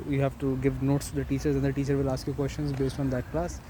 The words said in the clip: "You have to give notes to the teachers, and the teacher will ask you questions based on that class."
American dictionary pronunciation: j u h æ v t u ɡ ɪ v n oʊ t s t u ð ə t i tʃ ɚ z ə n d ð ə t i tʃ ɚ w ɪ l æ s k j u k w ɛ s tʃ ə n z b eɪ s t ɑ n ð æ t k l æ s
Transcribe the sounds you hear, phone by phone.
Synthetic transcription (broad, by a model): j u h æ v t u ɡ ɪ v n oʊ t s t u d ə t i tʃ ɚ z ə n d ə t i tʃ ɚ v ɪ l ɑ s k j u k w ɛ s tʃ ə n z b eɪ s t ɑ n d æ t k l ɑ s